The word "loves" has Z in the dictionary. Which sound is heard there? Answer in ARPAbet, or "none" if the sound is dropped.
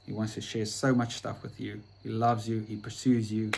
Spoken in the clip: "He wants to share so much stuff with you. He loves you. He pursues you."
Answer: Z